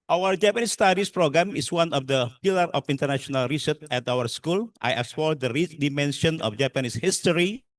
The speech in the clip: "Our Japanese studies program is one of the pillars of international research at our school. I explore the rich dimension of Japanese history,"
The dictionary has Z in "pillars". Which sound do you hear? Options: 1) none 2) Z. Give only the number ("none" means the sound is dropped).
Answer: 1